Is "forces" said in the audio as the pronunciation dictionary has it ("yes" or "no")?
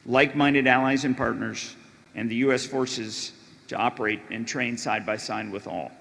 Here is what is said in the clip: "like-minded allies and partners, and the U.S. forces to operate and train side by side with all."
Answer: yes